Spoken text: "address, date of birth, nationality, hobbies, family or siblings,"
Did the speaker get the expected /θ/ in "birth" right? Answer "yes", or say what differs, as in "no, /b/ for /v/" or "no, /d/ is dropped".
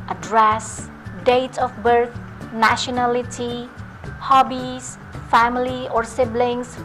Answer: no, /t/ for /θ/